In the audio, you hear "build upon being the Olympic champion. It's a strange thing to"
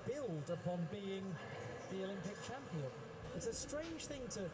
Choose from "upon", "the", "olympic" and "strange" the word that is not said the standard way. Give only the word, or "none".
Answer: strange